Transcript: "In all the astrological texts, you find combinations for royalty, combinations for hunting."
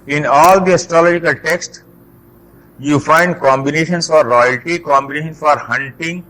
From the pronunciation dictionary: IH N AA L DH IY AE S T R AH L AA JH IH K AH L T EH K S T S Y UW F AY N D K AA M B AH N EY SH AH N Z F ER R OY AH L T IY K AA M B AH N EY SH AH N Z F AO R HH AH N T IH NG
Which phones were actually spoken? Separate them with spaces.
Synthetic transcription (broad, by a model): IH N AA L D IY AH S T R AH L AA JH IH K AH L T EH K S T Y UW F AY N D K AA M B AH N EY SH AH N S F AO R OY AH L T IY K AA M B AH N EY SH AH N F AO R HH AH N T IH NG